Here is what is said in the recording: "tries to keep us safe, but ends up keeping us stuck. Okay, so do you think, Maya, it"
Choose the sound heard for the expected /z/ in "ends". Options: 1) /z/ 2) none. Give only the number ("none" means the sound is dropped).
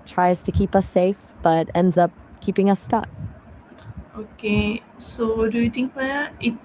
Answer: 1